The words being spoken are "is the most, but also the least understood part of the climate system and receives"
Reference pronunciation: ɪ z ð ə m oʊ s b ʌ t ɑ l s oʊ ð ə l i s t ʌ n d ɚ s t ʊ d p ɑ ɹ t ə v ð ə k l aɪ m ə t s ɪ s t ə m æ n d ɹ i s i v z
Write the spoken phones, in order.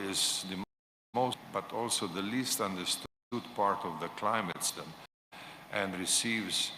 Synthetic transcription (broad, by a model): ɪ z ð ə m oʊ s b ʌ t ɑ l s oʊ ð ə l i s t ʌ n d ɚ s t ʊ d p ɑ ɹ t ə v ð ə k l aɪ m ə t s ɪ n t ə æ n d ɹ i s i v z